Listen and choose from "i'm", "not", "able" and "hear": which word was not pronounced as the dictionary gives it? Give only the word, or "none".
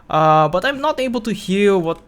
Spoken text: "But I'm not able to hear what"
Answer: hear